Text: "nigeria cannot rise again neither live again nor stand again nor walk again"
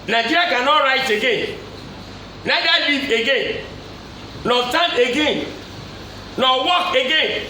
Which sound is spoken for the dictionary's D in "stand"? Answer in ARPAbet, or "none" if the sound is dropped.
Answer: none